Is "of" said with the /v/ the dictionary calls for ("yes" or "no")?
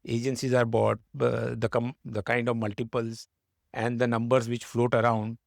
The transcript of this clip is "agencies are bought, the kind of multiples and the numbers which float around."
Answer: yes